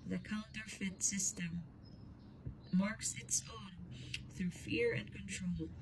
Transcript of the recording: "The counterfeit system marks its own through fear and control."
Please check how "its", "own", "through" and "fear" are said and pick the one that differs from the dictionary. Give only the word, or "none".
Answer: none